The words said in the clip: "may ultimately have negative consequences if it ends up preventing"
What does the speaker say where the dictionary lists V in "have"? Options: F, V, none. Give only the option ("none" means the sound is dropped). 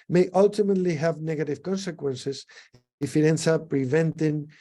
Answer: V